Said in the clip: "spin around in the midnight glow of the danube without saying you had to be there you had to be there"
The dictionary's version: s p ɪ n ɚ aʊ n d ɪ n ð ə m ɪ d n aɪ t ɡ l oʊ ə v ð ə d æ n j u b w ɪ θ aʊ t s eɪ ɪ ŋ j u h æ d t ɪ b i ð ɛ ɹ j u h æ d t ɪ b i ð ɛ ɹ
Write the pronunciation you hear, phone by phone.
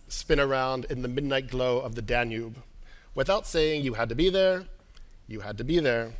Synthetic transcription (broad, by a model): s p ɪ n ɚ aʊ n d ɪ n ð ə m ɪ d n aɪ t ɡ l oʊ ə v ð ə d æ n j u b w ɪ θ aʊ t s eɪ ɪ ŋ j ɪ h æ d t ɪ b i ð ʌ ɹ j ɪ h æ d t ɪ b i ð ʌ ɹ